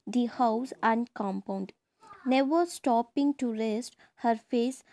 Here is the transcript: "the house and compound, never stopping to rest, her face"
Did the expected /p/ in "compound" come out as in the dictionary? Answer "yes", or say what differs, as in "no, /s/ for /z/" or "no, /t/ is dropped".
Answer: yes